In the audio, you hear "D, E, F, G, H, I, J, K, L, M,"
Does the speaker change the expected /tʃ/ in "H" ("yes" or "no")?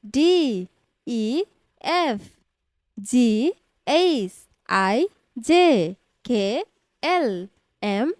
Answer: yes